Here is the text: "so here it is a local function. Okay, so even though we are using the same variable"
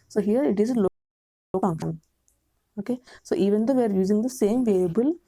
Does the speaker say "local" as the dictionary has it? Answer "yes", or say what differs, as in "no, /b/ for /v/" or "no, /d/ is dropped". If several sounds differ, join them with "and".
no, /k/ is dropped